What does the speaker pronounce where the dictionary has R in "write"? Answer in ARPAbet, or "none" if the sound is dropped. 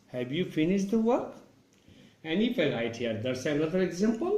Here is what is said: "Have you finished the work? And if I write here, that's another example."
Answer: L